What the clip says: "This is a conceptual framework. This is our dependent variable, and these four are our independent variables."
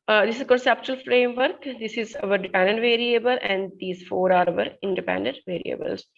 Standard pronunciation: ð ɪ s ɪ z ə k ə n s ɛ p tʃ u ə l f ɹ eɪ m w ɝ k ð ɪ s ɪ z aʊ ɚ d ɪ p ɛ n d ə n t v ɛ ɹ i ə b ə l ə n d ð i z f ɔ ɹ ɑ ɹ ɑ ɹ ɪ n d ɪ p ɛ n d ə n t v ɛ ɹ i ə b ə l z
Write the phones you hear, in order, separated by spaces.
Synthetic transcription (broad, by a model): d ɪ s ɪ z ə k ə n s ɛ p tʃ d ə l f ɹ eɪ m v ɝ k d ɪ s ɪ z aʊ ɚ d ɪ p ɛ n d ə n t v ɛ ɹ i ə b ə l ə n d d i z f ɔ ɹ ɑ ɹ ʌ ɹ ɪ n d ɪ p ɛ n d ə n t v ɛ ɹ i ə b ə l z